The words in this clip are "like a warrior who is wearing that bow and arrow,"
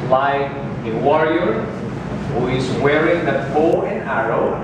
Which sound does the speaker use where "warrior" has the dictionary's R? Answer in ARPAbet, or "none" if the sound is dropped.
R